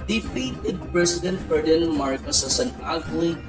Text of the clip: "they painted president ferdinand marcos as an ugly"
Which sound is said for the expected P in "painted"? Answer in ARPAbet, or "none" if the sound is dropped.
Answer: F